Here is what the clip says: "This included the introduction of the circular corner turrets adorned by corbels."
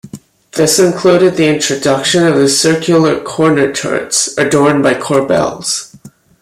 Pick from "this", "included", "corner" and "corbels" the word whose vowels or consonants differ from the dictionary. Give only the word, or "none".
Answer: none